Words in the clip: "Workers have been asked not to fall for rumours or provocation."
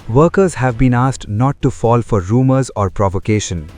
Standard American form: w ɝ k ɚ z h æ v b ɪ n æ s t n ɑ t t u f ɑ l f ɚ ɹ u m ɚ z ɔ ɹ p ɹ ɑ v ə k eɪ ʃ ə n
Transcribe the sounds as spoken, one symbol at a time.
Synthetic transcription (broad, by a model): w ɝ k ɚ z h æ v b ɪ n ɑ s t n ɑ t t u f ɑ l f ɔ ɹ u m ɚ z ɔ ɹ p ɹ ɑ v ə k eɪ ʃ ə n